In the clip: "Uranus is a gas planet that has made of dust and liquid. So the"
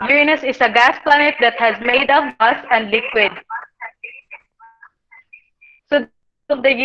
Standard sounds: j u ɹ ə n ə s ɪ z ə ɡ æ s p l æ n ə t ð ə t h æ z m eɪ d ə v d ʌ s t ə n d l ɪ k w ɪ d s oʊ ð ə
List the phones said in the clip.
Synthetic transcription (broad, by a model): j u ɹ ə n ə s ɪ s ə ɡ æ s p l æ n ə t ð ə t h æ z m eɪ d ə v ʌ s ə n d l ɪ k w ɪ d s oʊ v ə